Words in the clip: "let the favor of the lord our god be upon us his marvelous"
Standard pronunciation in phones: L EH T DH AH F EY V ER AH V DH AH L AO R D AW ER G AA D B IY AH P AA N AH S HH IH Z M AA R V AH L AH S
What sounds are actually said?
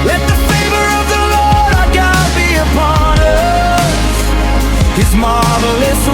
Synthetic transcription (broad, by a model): L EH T DH AH F EY V ER AH V DH AH L AO R D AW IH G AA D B IY AH P AA N AH S HH IH Z M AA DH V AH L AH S